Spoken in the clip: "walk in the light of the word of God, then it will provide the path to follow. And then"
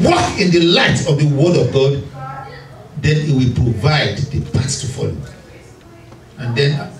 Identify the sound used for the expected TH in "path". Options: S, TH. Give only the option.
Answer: S